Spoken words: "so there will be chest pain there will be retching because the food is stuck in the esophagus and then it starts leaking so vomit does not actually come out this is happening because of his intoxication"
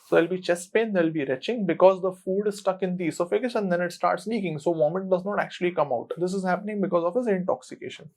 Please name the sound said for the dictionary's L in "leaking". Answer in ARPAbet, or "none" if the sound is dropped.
N